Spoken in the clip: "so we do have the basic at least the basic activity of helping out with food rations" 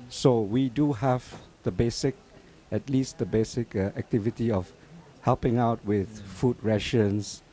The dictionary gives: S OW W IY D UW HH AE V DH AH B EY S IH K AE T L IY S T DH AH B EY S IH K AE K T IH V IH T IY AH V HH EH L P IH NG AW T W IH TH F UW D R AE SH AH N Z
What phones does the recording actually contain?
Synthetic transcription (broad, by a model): S OW W IY D UW HH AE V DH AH B EY S IH K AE T L IY S T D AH B EY S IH K AE K T IH V IH T IY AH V HH EH L P IH NG AW T W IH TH F UW D R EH SH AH N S